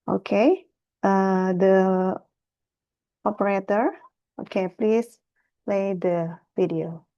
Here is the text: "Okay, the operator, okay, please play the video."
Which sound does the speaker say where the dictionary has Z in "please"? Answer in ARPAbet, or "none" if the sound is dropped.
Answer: S